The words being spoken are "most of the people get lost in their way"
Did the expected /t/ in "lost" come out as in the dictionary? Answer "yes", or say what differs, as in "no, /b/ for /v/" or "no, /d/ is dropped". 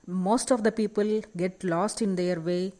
yes